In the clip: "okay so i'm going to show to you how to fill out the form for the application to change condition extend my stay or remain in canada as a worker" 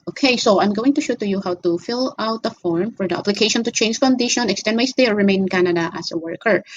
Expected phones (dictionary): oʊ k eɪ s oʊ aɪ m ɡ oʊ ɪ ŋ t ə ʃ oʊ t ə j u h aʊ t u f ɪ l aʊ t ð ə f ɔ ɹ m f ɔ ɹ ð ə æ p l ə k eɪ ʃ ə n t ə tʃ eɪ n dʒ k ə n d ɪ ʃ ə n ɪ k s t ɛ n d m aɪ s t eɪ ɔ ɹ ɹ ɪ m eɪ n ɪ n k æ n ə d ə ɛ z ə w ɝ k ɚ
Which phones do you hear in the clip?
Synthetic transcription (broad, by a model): oʊ k eɪ s oʊ aɪ m ɡ oʊ ɪ ŋ t ə ʃ oʊ t ə j u h aʊ t u f ɪ l aʊ t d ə f ɔ ɹ m f ɔ ɹ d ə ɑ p l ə k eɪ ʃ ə n t ə tʃ eɪ n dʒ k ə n d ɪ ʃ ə n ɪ k s t ɛ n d m aɪ s t eɪ ɔ ɹ ɹ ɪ m eɪ ɪ n k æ n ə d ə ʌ s ə w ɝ k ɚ